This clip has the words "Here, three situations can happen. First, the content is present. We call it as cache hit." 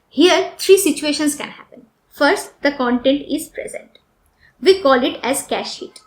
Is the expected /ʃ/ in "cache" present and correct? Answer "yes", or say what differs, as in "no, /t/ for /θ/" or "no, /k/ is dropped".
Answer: yes